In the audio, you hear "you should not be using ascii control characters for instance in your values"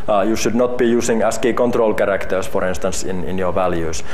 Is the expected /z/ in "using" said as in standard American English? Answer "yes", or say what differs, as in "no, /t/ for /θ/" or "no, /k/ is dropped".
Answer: no, /s/ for /z/